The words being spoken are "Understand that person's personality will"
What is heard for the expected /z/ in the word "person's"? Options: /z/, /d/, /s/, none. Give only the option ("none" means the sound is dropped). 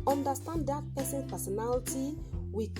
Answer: none